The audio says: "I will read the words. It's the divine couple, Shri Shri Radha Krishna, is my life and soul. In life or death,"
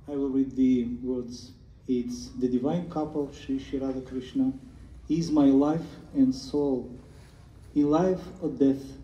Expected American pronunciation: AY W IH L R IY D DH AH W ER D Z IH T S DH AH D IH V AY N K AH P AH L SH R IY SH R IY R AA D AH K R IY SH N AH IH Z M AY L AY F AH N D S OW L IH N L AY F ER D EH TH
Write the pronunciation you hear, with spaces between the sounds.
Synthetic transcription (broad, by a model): AY W IH L R IY D DH AH W ER D Z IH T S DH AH D IH V AY N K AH P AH L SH IY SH IY R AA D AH K R IY SH N AH IH Z M AY L AY F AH N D S OW L IH N L AY F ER D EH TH